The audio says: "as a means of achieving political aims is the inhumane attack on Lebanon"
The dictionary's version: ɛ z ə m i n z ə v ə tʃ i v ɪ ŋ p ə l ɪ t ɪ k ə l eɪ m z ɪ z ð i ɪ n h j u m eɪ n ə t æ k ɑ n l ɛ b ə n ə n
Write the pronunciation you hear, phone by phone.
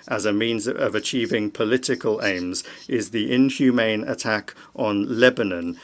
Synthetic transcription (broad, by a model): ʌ z ə m i n z ə v ə tʃ i v ɪ ŋ p ə l ɪ t ɪ k ə l eɪ m z ɪ z ð i ɪ n h j u m eɪ n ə t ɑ k n l ɛ b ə n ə n